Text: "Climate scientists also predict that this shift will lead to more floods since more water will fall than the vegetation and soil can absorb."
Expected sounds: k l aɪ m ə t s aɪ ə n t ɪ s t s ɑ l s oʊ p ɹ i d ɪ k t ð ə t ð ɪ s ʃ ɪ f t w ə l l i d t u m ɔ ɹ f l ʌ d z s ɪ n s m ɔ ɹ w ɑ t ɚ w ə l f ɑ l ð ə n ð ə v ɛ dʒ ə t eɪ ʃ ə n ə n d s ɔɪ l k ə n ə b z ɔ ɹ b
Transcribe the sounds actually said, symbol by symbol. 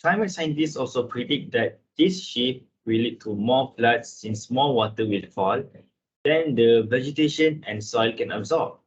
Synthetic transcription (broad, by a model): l aɪ m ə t s aɪ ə n t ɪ s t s ɑ l s oʊ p ɹ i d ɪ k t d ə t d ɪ s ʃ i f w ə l l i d t u m ɔ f l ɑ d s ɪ n s m ɔ w ɑ t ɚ w ə l f ɑ l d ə n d ə v ɛ dʒ ə t eɪ ʃ ə n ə n s ɔɪ l k ə n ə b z ɔ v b